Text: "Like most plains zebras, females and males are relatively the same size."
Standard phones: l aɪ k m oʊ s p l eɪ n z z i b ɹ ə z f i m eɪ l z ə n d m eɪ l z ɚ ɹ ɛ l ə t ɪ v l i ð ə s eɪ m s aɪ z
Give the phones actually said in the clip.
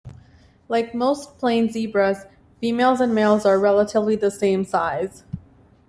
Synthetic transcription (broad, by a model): l aɪ k m oʊ s p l eɪ n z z i b ɹ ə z f i m eɪ l z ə n m eɪ l z ɚ ɹ ɛ l ə t ɪ v l i ð ə s eɪ m s aɪ z